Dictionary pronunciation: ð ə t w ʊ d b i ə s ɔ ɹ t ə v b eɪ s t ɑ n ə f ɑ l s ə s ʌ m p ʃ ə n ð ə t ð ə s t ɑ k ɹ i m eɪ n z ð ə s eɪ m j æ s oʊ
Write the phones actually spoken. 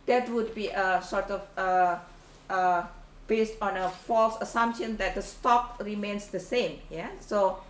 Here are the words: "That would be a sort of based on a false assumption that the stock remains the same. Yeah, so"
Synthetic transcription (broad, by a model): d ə t w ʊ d b i ə s ɔ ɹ t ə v b eɪ s t ɑ n ə f ɑ l s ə s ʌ m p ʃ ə n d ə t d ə s t ɑ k ɹ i m eɪ n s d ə s eɪ m j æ s oʊ